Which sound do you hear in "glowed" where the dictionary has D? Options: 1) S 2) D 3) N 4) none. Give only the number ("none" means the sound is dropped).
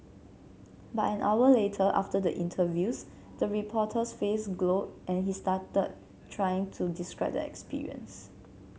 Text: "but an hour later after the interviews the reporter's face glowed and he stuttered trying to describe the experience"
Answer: 4